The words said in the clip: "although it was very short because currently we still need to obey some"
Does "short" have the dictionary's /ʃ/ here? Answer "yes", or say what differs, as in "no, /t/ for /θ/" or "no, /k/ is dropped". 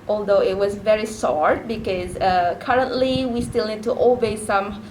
no, /s/ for /ʃ/